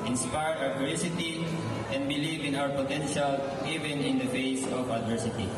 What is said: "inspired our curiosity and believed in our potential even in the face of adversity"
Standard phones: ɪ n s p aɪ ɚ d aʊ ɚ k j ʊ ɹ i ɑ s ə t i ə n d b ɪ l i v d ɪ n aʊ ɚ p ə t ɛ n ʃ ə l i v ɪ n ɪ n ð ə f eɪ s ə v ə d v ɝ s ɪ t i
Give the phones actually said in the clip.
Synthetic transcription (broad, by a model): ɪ n s p aɪ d aʊ ɚ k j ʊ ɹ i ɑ s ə t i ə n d b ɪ l i v ɪ n aʊ ɚ p ə t ɛ n ʃ ə l i v ɪ n ɪ n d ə f eɪ s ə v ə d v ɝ s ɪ t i